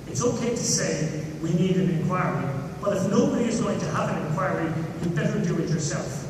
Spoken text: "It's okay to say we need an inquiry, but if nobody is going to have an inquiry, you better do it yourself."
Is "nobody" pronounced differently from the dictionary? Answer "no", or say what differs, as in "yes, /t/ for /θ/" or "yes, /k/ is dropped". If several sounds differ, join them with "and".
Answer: yes, /b/ is dropped